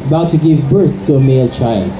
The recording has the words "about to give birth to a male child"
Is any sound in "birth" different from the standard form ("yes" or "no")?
no